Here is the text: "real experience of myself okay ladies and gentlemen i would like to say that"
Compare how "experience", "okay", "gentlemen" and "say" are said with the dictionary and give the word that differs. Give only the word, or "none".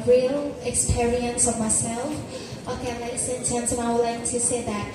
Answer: gentlemen